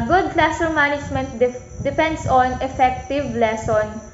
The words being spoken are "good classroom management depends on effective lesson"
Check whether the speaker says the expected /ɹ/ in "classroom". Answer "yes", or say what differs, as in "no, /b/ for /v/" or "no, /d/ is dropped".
no, /ɹ/ is dropped